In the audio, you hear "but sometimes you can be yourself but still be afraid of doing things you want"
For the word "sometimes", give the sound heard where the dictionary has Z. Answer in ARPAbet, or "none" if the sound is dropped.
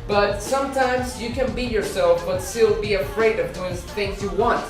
Z